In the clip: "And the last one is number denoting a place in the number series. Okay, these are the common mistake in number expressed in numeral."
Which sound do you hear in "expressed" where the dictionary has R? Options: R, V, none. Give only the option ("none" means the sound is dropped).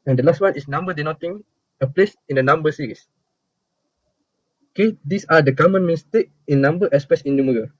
none